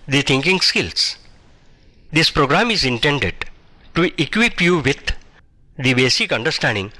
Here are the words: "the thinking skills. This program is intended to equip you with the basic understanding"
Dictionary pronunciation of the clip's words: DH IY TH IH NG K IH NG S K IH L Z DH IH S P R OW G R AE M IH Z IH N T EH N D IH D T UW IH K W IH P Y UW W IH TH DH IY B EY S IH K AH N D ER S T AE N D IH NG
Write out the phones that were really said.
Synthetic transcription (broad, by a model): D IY T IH NG K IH NG S K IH L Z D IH S P R OW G R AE M IH Z IH N T EH N D IH D T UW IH K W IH P Y UW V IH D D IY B EY S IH K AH N D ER S T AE N D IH NG